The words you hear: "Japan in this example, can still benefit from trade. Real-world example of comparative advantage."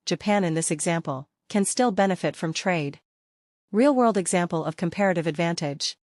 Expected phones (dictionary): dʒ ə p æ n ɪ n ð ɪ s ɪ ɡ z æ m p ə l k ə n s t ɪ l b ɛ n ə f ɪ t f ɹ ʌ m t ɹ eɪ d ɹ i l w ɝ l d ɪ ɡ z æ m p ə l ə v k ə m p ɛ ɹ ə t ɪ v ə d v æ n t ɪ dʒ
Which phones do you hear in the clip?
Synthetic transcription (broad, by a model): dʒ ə p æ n ɪ n ð ɪ s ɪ ɡ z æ m p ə l k ə n s t ɪ l b ɛ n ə f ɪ t f ɹ ʌ m t ɹ eɪ d ɹ i l w ɝ l d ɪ ɡ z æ m p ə l ə v k ə m p ɛ ɹ ə t ɪ v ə d v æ n t ɪ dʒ